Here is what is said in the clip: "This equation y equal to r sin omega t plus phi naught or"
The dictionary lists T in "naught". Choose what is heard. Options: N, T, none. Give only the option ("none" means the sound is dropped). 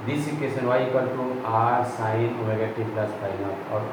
none